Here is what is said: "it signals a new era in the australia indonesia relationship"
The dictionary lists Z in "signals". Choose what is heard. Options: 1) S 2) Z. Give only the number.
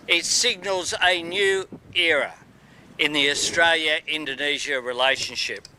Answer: 2